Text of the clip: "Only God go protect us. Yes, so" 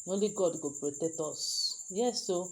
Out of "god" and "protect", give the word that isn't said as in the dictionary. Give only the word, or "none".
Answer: protect